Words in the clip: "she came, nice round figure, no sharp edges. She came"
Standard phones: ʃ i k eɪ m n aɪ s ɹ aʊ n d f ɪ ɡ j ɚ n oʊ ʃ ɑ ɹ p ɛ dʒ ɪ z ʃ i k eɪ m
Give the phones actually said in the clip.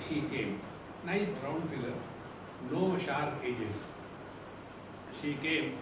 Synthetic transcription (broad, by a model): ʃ i k eɪ m n aɪ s ɹ aʊ n d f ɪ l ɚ n oʊ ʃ ɑ ɹ ɛ dʒ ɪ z ʃ i k eɪ m